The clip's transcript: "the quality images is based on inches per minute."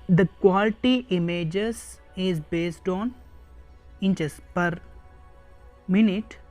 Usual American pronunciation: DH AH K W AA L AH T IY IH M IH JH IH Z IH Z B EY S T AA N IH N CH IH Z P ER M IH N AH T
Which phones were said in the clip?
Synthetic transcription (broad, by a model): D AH K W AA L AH T IY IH M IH JH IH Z IH Z B EY S T AA N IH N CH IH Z P ER M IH N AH T